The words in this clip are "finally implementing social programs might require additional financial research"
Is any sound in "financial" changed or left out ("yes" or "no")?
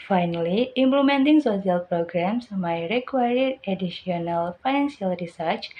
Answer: yes